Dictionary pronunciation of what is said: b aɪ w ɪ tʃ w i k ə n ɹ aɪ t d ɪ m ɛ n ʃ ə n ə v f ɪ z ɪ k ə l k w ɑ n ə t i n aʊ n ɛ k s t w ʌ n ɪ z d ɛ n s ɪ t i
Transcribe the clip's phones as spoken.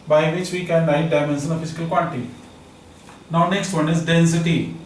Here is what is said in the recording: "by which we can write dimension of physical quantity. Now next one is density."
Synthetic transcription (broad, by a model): b aɪ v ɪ tʃ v i k ə n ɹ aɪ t d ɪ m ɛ n s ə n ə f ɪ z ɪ k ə l k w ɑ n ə t i n aʊ n ɛ k s t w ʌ n ɪ z d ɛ n s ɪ t i